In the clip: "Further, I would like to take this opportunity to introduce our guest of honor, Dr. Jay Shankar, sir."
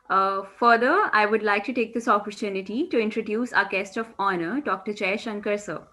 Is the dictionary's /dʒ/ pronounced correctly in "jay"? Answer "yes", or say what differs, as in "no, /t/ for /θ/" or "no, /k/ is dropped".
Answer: no, /tʃ/ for /dʒ/